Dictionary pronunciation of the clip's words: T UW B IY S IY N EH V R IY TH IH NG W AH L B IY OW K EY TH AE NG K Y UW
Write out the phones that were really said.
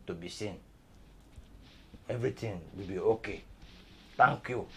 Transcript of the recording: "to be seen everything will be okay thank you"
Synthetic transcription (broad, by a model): T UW B IY S IY N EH V R IY T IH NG W AH L B IY OW K EY T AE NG K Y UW